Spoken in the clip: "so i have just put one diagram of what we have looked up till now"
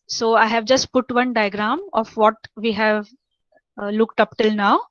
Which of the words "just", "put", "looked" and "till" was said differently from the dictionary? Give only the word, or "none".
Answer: none